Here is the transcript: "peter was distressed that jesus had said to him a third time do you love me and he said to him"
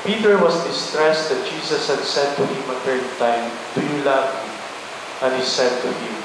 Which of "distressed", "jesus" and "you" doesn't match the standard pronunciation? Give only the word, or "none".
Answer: jesus